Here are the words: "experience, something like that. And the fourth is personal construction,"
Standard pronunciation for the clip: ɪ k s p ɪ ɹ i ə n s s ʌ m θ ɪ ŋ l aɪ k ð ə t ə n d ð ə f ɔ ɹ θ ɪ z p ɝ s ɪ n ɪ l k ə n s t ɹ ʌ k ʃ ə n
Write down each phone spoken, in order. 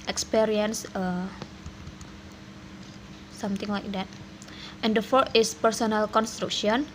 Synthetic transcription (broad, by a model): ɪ k s p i ɹ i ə n s s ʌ m t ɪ ŋ l aɪ k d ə t ə n d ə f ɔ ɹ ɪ s p ɝ s ɪ n ɪ l k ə n s t ɹ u k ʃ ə n